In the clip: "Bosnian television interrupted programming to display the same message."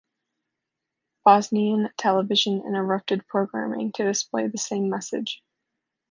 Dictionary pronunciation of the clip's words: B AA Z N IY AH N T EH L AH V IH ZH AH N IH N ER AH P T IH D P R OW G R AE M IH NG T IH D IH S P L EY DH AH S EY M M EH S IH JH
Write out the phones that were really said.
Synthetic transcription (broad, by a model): B AA Z N IY AH N T EH L AH V IH ZH AH N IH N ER AH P T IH D P R OW G R AE M IH NG T IH D IH S P L EY DH AH S EY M M EH S IH JH